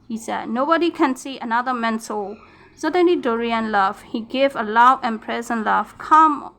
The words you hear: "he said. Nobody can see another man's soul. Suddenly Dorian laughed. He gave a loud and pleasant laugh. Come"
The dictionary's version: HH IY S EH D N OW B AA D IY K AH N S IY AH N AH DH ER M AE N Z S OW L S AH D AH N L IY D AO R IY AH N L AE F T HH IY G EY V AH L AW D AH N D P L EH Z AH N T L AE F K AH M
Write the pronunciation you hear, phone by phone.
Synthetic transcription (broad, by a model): HH IY S EH D N OW B AA D IY K AH N S IY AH N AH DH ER M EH N S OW S AH D AH N L IY D AO R IY AH N L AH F HH IY G EY V AH L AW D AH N P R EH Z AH N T L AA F K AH M